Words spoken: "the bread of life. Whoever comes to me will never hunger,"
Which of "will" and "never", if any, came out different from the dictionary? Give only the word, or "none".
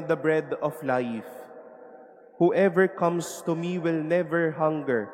none